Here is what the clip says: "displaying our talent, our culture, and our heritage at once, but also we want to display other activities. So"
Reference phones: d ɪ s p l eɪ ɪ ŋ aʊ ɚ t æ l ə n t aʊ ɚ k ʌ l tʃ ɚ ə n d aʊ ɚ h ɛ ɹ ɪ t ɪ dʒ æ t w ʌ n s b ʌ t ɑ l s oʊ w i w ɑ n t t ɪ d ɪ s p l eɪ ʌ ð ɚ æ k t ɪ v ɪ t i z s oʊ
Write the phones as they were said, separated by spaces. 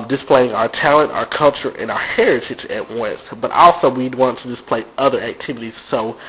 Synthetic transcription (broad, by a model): d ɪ s p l eɪ ɪ ŋ aʊ ɚ t æ l ə n t aʊ ɚ k ʌ l tʃ ɚ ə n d aʊ ɚ h ɛ ɹ ɪ t ɪ dʒ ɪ t w ʌ n s b ʌ t ɑ l s oʊ w i w ɑ n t t ɪ d ɪ s p l eɪ ʌ ð ɚ æ k t ɪ v ɪ t i z s oʊ